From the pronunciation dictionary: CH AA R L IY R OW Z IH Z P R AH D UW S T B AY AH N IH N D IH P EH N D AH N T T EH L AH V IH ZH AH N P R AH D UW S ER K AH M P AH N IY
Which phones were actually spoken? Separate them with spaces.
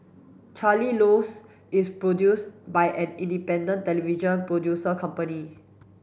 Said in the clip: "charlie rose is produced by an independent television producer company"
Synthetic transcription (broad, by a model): CH AA L IY L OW S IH S P R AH D UW S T B AY AH N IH N D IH P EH N D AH N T T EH L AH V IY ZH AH N P R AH D UW S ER K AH M P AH N IY